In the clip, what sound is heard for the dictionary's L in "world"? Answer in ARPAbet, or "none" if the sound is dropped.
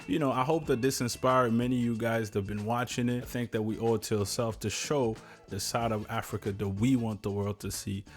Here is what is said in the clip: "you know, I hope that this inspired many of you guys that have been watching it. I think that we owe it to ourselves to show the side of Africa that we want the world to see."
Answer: L